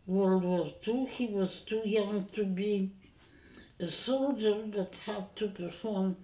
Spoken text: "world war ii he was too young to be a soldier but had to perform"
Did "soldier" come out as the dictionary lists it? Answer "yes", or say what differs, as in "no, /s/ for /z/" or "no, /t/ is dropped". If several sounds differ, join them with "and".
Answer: yes